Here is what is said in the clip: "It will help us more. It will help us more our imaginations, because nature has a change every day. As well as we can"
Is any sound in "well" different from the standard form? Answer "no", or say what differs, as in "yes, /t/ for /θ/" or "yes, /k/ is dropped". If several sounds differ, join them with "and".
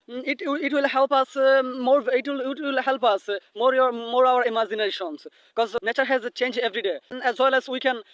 no